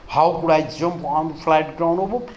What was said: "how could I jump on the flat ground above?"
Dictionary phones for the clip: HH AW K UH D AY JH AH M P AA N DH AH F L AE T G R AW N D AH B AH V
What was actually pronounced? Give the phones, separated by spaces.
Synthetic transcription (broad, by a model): HH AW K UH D AY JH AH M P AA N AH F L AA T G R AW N AH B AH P